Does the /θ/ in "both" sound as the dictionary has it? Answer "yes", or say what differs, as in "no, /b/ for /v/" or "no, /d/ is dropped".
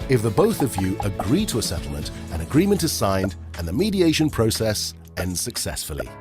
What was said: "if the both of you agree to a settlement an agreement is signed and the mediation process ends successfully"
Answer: yes